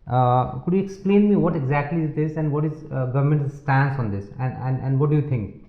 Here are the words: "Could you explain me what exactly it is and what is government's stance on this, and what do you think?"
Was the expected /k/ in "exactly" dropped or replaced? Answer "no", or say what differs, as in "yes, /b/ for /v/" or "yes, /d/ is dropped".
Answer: no